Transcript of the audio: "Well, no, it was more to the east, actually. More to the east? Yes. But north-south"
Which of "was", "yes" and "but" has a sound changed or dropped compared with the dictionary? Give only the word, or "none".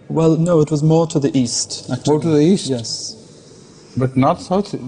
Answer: none